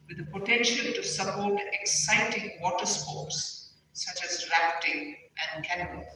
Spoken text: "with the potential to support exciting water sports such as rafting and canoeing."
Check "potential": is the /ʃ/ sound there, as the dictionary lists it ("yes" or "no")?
yes